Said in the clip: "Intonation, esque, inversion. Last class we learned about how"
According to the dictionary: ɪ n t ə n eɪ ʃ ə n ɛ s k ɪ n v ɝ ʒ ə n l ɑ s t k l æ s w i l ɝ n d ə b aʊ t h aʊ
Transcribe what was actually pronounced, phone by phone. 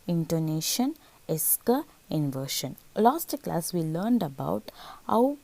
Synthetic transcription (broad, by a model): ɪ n t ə n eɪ ʃ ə n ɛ s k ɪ n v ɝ ʃ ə n l ɑ s t k l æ s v i l ɝ n d ə b aʊ t h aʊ